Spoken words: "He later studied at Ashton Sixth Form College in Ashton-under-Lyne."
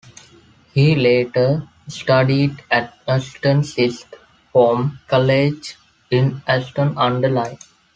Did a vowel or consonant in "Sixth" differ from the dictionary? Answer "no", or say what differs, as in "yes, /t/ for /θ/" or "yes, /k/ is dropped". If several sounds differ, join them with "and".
yes, /k/ is dropped and /t/ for /θ/